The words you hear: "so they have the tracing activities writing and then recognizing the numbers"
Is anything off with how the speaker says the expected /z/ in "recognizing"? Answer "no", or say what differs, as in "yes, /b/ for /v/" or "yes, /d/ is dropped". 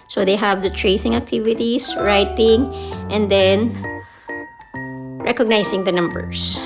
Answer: yes, /s/ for /z/